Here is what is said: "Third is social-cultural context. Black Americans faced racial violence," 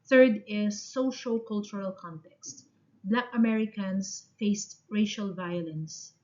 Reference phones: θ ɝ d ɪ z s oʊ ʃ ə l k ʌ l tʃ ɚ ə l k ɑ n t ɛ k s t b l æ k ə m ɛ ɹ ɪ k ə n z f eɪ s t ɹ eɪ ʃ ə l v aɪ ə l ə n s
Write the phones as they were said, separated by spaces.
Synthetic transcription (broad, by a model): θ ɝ d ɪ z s oʊ ʃ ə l k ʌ l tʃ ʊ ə l k ɑ n t ɛ k s t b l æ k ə m ɛ ɹ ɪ k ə n s f eɪ s t ɹ eɪ ʃ ə l v aɪ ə l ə n s